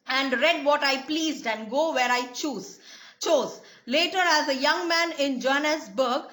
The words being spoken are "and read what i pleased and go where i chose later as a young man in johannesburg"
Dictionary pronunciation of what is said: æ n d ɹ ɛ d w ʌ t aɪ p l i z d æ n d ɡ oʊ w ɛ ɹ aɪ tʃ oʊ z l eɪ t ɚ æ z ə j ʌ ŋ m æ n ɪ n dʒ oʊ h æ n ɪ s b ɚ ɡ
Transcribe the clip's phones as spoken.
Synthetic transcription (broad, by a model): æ n d ɹ ɛ d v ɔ t aɪ p l i z d æ n d ɡ oʊ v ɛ ɹ aɪ tʃ oʊ z l eɪ t ɚ æ z ə j ʌ ŋ m æ n ɪ n dʒ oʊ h n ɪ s b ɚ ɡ